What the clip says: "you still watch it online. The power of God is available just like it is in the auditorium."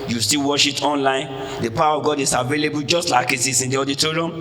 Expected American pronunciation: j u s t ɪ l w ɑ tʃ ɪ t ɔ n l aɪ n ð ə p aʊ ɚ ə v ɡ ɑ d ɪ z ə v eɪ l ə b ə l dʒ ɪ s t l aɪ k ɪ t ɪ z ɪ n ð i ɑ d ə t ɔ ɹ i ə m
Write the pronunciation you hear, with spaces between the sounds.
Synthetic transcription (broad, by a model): j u s t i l w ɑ ʃ ɪ t ɔ n l aɪ n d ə p aʊ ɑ ə v ɡ ɑ d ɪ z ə v eɪ l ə b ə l dʒ ɪ s t l aɪ k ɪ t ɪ s ɪ n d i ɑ d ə t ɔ ɹ i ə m